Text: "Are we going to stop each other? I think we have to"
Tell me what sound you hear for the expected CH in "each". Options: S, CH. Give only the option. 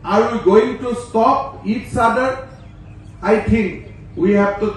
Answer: S